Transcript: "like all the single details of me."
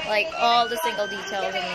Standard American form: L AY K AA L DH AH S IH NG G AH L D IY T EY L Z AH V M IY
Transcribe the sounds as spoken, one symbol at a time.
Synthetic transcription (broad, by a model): L AY K AA L DH AH S IH NG G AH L D IY T EY L Z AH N